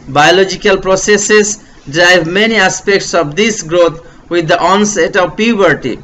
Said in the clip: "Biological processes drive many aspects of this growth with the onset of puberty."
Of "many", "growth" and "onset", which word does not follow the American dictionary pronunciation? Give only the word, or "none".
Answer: growth